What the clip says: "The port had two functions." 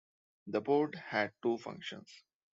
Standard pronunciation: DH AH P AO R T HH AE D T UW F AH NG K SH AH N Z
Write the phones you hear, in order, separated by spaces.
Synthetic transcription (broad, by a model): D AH B AO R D HH AE D T UW F AH NG K SH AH N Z